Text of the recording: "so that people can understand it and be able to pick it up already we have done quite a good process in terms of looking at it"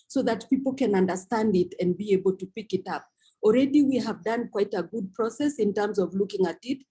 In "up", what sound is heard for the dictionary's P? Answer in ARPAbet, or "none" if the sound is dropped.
P